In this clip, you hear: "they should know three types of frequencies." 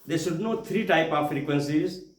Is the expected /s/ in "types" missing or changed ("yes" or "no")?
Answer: yes